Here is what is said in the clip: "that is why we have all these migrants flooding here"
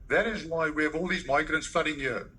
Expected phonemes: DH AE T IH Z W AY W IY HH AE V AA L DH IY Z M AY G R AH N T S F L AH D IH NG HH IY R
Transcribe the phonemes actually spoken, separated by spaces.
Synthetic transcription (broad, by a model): DH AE T IH Z W AY W IY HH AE V AA L DH IY Z M AY G R AH N T S F L AH D IH NG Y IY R